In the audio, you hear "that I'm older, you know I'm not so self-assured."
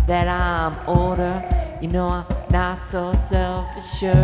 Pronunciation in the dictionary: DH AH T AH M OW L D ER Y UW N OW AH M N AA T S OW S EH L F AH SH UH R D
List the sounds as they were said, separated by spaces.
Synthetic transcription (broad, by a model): DH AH T AH M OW D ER Y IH N OW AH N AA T S OW S EH L F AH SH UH